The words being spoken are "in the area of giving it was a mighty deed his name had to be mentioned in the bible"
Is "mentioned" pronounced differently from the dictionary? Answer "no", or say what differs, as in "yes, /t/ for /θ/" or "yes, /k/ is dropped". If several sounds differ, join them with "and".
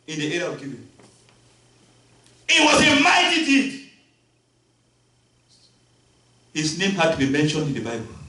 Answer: no